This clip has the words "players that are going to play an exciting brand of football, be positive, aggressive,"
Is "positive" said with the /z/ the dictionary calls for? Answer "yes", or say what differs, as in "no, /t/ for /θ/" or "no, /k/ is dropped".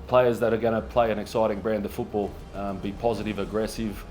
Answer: yes